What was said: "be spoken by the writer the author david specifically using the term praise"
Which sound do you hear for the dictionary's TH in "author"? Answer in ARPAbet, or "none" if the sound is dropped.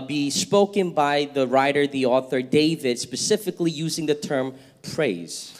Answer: TH